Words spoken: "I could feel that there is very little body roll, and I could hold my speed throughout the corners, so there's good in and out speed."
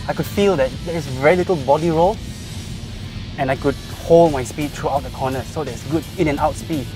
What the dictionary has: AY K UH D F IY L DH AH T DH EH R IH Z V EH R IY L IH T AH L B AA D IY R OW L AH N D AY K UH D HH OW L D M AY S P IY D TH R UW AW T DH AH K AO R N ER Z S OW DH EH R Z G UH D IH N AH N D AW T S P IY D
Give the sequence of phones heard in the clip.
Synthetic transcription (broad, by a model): AY K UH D F IY L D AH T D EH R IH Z V EH R IY L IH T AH L B AA D IY R OW L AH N AY K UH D HH OW L D M AY S P IY D T R UW AW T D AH K AO N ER S OW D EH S G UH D IH N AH N AW T S P IY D